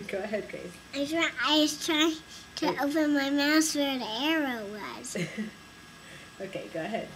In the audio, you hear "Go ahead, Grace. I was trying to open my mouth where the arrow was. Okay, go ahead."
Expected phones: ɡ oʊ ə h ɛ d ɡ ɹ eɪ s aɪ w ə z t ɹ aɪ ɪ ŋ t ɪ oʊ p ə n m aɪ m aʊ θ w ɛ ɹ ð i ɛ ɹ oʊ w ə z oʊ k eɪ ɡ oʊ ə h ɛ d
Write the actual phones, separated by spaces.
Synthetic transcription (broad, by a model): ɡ oʊ ə h ɛ d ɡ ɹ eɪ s aɪ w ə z t ɹ aɪ ɪ ŋ t ɪ oʊ p ə n m aɪ m aʊ s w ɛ ɹ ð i ɛ ɹ oʊ w ə z oʊ k eɪ ɡ oʊ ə h ɛ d